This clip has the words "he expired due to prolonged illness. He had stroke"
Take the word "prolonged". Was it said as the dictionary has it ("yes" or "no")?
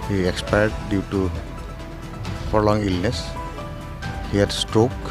no